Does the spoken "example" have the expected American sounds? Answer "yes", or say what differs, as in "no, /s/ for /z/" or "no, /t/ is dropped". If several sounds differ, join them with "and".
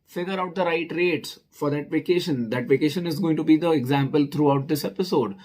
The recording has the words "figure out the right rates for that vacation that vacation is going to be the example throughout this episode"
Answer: yes